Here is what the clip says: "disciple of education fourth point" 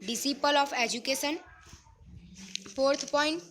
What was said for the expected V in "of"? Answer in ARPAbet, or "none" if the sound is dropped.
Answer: P